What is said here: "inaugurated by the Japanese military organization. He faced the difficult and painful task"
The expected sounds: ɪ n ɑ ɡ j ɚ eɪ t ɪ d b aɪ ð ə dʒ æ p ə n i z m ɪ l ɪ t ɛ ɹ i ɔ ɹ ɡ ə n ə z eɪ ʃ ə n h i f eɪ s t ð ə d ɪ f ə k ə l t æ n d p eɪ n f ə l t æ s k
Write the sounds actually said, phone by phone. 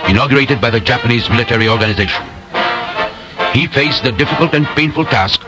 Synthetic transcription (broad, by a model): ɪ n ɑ ɡ j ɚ eɪ t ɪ d b aɪ ð ə dʒ æ p ə n i z m ɪ l ɪ t ɛ ɹ i ɔ ɹ ɡ ə n ə z eɪ ʃ ə n h i f eɪ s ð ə d ɪ f ə k ə l t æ n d p eɪ n f ə l t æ s k